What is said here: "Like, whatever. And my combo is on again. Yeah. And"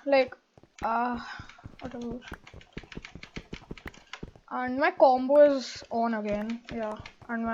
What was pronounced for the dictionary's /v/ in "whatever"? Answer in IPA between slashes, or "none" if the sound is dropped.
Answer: /b/